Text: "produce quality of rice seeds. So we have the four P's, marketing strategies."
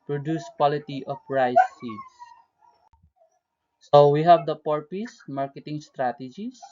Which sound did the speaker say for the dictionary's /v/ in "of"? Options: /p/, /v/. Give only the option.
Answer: /p/